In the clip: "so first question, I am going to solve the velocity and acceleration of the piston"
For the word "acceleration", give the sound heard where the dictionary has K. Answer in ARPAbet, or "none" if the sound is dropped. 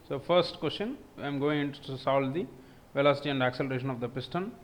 K